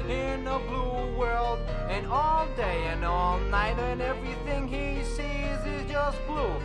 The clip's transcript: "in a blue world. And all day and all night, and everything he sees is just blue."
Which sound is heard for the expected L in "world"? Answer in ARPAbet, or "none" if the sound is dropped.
L